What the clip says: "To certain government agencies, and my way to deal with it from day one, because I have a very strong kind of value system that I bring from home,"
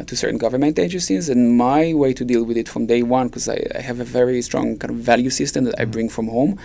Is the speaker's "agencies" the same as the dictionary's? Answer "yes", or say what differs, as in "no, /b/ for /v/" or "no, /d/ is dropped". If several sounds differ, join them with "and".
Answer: no, /n/ is dropped